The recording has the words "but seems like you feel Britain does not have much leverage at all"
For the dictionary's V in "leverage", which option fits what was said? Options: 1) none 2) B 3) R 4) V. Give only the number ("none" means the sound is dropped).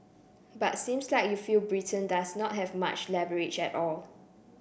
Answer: 2